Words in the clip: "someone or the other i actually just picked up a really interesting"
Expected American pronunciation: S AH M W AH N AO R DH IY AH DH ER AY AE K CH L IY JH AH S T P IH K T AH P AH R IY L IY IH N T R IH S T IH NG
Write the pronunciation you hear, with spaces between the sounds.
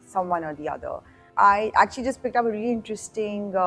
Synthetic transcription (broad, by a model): S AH M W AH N AO R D IY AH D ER AY AE K CH L IY JH AH S T P IH K T AH P AH R IY L IY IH N T R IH S T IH NG